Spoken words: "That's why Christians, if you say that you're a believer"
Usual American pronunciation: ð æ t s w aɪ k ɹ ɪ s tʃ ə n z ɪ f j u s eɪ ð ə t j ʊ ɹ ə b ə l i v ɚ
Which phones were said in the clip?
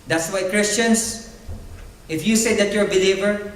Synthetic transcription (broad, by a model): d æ t s w aɪ k ɹ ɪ s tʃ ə n s ɪ f j u s eɪ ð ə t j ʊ ə b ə l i v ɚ